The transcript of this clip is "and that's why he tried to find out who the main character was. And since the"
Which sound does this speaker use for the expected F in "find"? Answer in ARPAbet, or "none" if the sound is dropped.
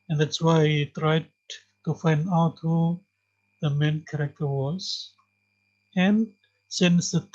F